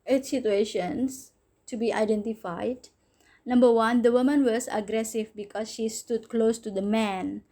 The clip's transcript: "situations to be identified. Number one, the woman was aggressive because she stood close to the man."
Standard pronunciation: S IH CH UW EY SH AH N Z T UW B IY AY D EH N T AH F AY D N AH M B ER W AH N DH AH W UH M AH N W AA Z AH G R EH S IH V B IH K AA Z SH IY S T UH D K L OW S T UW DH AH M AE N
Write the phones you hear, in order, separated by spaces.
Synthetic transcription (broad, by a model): S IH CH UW EY SH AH N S T UW B IY AY D EH N T AH F AY D N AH M B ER W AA N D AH W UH M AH N W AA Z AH G R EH S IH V B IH K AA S SH IY S T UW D K L OW S T UW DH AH M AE N